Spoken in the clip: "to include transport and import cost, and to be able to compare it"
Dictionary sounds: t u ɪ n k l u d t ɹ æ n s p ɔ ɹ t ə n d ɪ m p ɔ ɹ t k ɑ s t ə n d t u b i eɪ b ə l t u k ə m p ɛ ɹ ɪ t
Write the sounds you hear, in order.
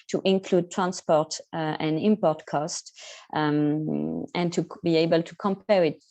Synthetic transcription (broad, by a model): t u ɪ n k l u d t ɹ æ n s p ɔ ɹ t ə n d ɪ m p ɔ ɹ t k ɑ s t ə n t u b i eɪ b ə l t u k ə m p ɛ ɹ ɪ t